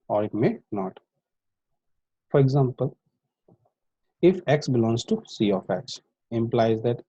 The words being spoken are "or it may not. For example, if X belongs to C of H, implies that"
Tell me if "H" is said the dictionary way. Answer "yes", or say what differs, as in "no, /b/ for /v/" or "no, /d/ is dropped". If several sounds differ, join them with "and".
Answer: no, /s/ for /tʃ/